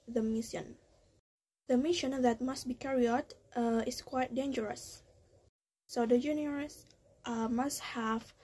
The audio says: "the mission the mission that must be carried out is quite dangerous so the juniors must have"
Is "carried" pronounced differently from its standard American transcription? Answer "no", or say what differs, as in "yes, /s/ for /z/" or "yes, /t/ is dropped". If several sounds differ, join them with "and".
yes, /d/ is dropped